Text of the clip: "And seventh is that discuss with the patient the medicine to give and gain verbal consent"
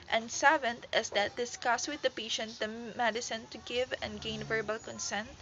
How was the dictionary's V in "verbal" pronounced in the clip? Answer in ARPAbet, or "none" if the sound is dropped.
V